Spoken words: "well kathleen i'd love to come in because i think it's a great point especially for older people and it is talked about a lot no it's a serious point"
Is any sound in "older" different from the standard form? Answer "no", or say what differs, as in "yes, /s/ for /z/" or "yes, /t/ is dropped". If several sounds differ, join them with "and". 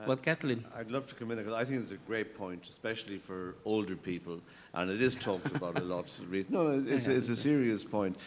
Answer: no